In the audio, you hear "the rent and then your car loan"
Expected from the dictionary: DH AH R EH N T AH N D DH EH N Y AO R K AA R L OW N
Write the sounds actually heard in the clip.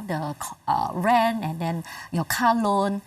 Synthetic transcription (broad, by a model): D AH R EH N AH N D EH N Y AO K AA L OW N